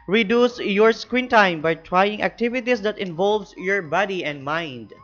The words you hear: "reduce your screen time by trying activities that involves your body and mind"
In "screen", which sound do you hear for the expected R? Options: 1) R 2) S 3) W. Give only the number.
3